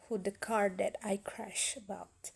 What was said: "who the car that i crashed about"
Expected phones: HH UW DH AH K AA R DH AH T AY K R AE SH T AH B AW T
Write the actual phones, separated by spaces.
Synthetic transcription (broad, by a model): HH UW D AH K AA R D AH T AY K R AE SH AH B AW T